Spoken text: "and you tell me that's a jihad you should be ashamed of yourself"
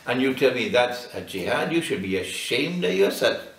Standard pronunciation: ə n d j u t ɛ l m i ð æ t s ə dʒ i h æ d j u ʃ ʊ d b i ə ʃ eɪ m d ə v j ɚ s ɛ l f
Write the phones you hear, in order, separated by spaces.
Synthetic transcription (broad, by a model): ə n j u t ɛ l m i ð æ t s ə dʒ i h æ d j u ʃ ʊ d b i ə ʃ eɪ m d ə v j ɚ s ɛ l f